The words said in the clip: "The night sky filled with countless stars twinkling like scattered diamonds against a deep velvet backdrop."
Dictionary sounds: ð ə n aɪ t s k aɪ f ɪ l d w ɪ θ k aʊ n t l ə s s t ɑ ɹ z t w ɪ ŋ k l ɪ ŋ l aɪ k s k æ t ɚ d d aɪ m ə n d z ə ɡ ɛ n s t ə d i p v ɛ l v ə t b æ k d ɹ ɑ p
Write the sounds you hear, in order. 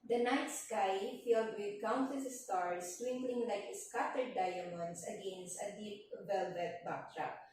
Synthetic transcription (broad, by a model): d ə n aɪ t s k aɪ f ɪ l d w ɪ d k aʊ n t ə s s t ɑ ɹ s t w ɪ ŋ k l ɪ ŋ l aɪ k s k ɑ t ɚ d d aɪ m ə n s ə ɡ ɛ n s t ə d i p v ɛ l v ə t b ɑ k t ɹ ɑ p